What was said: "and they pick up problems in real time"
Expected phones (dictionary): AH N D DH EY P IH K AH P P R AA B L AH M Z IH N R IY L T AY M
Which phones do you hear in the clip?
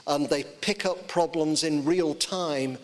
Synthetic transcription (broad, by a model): AH N DH EY P IH K AH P P R AA B L AH M Z IH N R IY L T AY M